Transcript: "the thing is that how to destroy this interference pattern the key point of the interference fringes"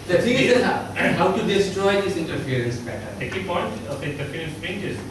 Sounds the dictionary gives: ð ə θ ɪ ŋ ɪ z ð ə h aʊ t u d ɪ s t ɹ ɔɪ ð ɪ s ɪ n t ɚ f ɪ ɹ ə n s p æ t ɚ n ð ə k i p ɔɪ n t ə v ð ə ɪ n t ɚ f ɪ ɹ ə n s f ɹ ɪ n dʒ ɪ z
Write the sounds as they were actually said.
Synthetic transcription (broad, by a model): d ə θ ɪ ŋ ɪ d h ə h aʊ t u d ɪ s t ɹ ɔɪ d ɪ s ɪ n t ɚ f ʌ ɹ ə n s b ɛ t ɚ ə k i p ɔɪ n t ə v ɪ n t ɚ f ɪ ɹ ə n s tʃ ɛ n dʒ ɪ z